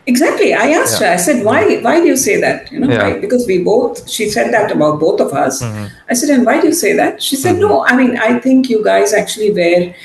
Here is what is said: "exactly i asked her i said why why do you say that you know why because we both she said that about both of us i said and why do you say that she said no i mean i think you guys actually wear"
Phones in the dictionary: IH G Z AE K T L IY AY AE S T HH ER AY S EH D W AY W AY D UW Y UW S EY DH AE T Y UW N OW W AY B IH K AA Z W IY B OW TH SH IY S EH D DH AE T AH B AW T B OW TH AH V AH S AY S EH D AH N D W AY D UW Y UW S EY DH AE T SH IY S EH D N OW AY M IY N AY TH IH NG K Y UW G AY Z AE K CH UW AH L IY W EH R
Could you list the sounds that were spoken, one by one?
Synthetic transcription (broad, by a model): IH G Z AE K T L IY AY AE S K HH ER AY S EH D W AY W AY D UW Y UW S EY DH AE T Y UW N OW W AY B IH K AA Z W IY B OW T SH IY S EH D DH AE T AH B AW T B OW T AH V AH S AY S EH D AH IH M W AY D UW Y UW S EY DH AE T SH IY S EH D N OW AY M IY N AY T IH NG K Y UW G AY Z AE K CH UW AH L IY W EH R